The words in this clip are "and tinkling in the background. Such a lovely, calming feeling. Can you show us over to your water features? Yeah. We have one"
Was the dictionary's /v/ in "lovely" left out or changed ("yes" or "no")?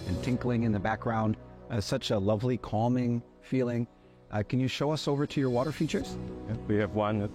no